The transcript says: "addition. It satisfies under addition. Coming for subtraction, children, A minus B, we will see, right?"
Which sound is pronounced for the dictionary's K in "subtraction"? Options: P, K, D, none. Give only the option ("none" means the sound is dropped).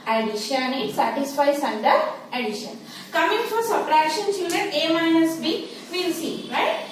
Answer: none